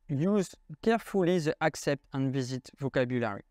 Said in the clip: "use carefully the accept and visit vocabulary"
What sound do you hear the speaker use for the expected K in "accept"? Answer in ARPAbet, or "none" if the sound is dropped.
K